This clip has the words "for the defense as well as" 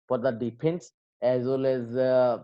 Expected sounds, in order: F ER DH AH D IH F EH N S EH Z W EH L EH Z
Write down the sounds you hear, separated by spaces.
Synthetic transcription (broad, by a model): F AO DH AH D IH P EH N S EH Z W EH L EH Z